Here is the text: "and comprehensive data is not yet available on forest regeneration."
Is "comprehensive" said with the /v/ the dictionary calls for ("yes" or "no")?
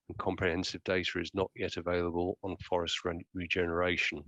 yes